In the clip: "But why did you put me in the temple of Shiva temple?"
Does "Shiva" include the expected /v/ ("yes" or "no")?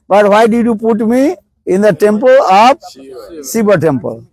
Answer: no